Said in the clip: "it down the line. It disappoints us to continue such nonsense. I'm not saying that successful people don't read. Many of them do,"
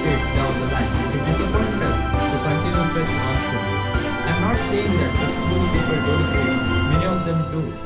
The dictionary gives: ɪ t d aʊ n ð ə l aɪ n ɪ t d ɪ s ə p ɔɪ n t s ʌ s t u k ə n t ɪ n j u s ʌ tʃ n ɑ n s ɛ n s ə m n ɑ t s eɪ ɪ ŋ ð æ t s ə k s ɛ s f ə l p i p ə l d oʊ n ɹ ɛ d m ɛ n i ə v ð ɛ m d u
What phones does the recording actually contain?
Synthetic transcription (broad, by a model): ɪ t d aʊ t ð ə l aɪ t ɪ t d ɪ s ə p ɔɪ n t ʌ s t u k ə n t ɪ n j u s ʌ tʃ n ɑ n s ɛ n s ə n n ɑ t s eɪ ɪ ŋ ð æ t s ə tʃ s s ə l p i p ə l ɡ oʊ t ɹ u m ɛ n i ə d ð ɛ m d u